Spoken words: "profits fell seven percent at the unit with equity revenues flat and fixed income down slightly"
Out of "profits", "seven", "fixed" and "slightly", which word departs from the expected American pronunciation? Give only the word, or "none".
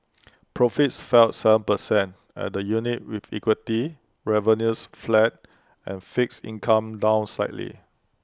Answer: fixed